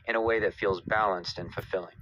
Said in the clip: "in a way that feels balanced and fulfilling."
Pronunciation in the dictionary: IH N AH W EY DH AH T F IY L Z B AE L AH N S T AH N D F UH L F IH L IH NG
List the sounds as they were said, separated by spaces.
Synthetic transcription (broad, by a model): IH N AH W EY DH AH T F IY L Z B AE L AH N S T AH N F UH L F IH L IH NG